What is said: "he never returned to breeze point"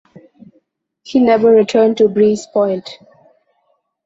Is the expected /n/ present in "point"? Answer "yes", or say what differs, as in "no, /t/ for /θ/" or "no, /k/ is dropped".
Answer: no, /l/ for /n/